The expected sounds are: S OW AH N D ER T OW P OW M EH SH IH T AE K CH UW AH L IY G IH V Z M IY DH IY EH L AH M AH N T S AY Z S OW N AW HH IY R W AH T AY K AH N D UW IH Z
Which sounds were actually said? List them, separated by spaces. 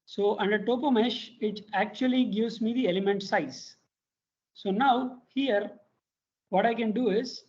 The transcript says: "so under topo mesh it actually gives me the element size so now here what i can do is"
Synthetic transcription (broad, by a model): S OW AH N D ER T OW P OW M EH SH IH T AE K CH UW AH L IY G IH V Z M IY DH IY EH L AH M AH N T S AY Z S OW N AW HH IY R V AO T AY K AH N D UW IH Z